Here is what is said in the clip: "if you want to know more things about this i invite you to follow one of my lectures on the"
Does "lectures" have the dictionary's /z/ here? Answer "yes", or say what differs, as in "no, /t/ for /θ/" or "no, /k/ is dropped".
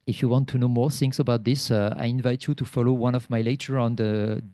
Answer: no, /z/ is dropped